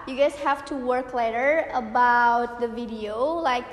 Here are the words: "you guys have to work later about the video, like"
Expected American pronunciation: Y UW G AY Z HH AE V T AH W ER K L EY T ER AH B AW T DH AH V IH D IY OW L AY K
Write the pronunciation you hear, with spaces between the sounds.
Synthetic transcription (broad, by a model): Y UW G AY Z HH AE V T AH W ER K L EY T ER AH B AW T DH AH V IH D IY OW L AY K